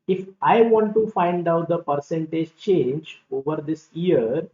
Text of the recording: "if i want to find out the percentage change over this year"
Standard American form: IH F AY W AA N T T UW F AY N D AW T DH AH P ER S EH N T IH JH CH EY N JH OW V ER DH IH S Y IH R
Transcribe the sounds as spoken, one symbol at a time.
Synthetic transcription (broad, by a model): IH F AY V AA N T T UW F AY N D AW T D AH P ER S EH N T IH JH CH EY N JH OW V ER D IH S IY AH R